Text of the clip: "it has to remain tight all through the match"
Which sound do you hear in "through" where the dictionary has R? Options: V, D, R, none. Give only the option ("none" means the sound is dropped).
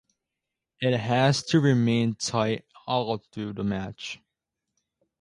none